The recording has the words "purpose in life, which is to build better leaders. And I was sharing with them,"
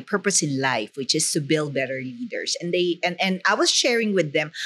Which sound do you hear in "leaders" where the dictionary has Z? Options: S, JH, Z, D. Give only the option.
S